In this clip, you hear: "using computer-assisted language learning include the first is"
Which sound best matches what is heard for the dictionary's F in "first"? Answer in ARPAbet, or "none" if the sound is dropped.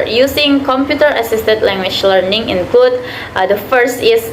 F